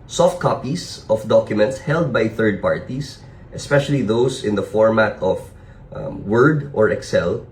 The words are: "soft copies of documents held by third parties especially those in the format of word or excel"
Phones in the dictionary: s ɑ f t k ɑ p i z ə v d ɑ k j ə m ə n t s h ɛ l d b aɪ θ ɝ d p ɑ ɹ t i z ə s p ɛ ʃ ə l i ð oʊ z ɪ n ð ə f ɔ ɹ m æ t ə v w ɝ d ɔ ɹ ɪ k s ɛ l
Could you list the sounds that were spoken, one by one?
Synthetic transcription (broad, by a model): s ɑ f t k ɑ p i s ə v d ɑ k j ə m ə n t s h ɛ l d b aɪ θ ɝ d p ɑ ɹ t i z ə s p ɛ ʃ ə l i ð oʊ s ɪ n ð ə f ɔ ɹ m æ t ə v w ɝ d ɔ ɹ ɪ k s ɛ l